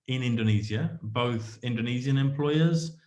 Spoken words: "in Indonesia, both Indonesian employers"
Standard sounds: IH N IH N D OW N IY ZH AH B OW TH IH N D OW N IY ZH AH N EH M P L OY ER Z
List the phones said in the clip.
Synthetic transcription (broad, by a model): IH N IH N D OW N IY Z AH B OW TH IH N D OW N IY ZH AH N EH M P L OY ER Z